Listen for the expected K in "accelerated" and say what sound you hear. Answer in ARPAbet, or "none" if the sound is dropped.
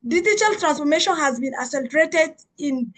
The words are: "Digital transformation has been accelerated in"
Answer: none